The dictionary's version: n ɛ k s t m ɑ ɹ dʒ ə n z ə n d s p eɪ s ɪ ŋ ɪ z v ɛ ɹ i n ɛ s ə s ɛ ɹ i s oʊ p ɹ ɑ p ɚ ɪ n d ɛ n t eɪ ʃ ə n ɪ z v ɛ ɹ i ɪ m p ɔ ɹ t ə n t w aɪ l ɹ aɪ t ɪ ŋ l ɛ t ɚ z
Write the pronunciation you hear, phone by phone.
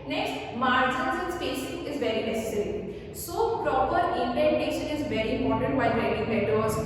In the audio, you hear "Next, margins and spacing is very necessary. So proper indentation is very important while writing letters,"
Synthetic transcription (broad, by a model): n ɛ k s t m ɑ ɹ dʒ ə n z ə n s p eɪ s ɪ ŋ ɪ z v ɛ ɹ i n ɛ s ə s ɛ ɹ i s oʊ p ɹ ɑ p ɚ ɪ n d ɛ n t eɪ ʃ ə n ɪ z v ɛ ɹ i m ɔ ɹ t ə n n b aɪ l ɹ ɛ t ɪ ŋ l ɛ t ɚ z